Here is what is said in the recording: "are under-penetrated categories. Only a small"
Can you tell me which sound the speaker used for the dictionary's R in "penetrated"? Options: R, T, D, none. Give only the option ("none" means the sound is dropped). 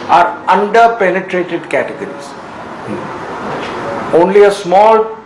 R